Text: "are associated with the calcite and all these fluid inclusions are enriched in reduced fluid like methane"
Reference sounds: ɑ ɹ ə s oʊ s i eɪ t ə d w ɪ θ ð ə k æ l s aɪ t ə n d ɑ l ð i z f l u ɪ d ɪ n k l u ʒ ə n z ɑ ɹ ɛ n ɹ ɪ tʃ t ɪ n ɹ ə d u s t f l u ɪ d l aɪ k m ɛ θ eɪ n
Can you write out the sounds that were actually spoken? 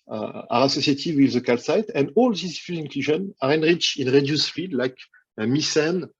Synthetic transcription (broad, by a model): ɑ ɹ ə s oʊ s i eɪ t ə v w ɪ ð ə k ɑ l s aɪ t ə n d ɑ l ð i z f u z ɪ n k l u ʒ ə n ɑ ɹ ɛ n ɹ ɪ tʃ ɪ n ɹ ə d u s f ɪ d l aɪ k m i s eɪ n